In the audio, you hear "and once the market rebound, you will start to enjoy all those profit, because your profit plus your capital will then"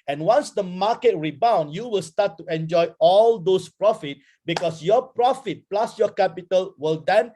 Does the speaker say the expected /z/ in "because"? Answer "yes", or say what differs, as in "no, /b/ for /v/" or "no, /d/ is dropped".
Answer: no, /s/ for /z/